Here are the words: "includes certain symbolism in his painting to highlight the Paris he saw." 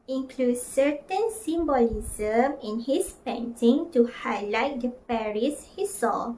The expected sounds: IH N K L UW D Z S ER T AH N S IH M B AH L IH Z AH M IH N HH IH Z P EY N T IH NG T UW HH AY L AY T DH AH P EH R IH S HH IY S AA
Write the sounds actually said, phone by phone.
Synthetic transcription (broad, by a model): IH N K L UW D S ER T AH N S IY M B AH L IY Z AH M IH N HH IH S P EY N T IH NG T UW HH AY L AY T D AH P EH R IH S HH IY S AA